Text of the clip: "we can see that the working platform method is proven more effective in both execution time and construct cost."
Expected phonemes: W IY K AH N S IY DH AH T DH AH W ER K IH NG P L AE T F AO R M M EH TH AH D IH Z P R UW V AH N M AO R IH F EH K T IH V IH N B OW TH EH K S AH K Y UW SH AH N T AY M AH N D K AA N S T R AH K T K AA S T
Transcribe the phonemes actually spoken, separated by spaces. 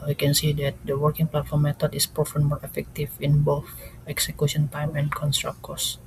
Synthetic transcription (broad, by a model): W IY K AH N S IY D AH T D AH W ER K IH NG P L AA T F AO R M M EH T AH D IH S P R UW F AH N M AO R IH F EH K T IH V IH N B OW TH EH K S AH K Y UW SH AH N T AY M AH N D K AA N S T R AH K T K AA S